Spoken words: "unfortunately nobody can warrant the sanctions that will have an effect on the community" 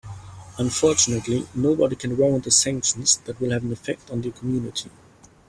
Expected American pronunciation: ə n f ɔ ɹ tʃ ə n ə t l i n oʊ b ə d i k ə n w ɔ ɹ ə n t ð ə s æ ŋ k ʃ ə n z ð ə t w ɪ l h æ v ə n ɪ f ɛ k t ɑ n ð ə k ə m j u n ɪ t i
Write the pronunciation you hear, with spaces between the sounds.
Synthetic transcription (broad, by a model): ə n f ɔ ɹ tʃ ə n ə t l i n oʊ b ə d i k ə n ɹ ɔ ə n ð ə s æ ŋ k ʃ ə n z ð ə t w ɪ l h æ v ə n ɪ f ɛ k t n ð ə k ə m j u n ɪ t i